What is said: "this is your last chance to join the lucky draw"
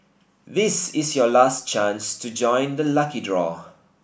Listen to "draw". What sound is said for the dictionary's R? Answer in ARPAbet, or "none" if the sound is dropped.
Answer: R